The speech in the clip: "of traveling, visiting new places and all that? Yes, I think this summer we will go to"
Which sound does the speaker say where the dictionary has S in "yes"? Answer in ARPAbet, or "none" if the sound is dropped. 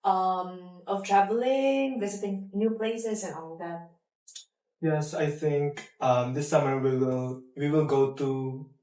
S